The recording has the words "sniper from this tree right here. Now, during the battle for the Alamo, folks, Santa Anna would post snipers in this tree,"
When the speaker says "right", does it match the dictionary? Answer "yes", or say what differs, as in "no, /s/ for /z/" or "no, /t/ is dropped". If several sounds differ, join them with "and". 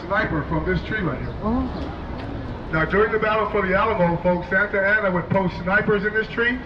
no, /l/ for /ɹ/